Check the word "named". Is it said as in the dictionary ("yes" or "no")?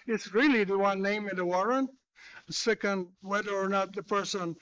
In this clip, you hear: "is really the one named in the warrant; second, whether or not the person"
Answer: no